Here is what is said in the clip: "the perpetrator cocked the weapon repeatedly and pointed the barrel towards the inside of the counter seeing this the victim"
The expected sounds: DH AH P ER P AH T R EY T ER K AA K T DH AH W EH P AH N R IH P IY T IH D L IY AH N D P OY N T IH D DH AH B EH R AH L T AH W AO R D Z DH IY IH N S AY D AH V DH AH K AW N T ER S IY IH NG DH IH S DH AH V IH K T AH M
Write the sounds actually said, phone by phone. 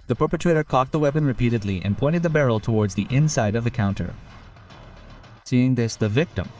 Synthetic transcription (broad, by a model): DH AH P ER P AH T R EY T ER K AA K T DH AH W EH P AH N R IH P IY T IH D L IY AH N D P OY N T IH D DH AH B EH R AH L T AH W AO R D Z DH IY IH N S AY D AH V DH AH K AW N T ER S IY IH NG DH IH S DH AH V IH K T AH M